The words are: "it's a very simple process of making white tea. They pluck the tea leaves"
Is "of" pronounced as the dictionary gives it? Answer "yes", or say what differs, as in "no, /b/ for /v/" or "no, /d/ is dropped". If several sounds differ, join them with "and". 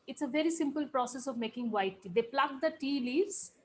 yes